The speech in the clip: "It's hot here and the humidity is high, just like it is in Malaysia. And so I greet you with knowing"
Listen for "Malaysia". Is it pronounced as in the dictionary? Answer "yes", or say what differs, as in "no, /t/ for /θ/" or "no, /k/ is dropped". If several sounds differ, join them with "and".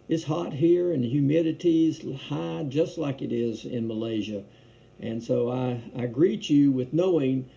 yes